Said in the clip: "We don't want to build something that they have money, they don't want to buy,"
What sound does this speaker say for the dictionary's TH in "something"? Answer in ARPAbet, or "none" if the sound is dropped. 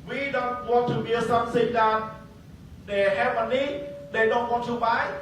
S